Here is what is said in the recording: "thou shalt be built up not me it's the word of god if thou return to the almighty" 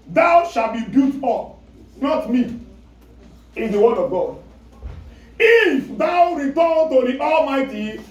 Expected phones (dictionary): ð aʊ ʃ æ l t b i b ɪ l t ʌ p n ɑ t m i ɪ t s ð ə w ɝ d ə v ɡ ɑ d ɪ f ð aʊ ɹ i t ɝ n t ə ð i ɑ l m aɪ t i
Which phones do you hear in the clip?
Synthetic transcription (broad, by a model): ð aʊ ʃ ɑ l b i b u t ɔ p n ɑ t m i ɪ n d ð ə w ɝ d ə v ɡ ɑ d ɪ f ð aʊ ɹ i t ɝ n t ə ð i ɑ l m aɪ t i